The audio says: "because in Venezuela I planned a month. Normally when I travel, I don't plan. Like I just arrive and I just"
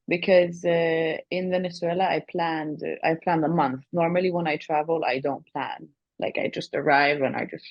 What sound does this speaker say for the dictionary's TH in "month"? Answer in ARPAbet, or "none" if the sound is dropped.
TH